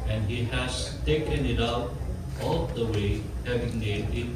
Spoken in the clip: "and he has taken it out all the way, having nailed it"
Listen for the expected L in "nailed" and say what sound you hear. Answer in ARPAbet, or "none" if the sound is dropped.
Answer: none